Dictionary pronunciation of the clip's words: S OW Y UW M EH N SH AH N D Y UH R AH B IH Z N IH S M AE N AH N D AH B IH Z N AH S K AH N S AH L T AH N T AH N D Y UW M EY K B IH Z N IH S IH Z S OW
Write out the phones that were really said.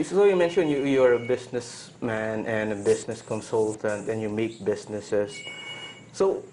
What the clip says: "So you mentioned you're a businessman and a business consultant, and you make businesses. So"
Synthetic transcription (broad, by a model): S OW Y UW M EH N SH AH N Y Y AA R AH B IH S N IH S M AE N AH N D AH B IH S N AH S K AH N S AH L T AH N T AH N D Y UW M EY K B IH S N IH S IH S OW